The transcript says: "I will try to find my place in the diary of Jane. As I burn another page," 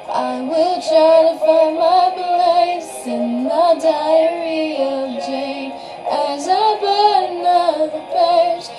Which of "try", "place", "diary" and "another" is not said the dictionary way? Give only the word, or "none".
another